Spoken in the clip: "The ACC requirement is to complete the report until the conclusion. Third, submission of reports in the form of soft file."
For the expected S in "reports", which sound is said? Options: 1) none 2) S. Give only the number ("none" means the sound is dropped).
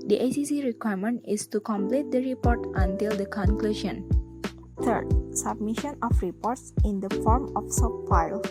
2